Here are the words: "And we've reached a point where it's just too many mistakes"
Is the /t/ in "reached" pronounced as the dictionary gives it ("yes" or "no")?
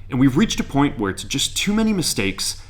yes